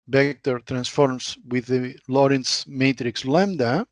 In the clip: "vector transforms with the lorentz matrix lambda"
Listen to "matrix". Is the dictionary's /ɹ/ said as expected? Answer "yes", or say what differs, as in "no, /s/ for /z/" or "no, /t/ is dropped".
yes